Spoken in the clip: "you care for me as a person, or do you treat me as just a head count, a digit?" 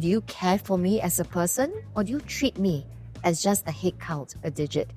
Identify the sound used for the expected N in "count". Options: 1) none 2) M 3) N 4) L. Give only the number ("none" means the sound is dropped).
4